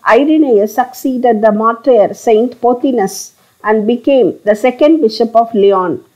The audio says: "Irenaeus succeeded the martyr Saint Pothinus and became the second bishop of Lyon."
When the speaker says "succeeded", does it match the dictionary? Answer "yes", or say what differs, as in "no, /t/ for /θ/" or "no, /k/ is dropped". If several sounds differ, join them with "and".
yes